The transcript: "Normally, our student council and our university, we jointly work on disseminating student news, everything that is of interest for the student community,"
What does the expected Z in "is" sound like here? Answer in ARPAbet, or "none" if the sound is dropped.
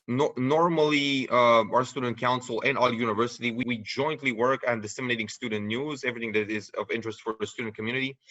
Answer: Z